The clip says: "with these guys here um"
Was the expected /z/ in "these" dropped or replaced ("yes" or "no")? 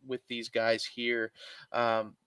no